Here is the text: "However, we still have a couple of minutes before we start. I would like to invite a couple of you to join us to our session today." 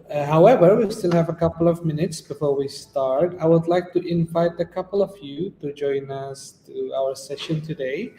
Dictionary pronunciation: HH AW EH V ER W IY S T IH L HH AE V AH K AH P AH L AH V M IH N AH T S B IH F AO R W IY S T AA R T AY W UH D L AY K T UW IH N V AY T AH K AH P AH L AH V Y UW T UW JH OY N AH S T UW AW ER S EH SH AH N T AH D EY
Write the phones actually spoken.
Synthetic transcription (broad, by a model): HH AW EH V ER W IY S T IH L HH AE V AH K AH P L AH V M IH N AH T S B IH F AO R W IY S T AA R T AY W UH D L AY K T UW IH N V AY T AH K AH P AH L AH V Y UW T UW JH OY N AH S T UW AW ER S EH SH AH N T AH D EY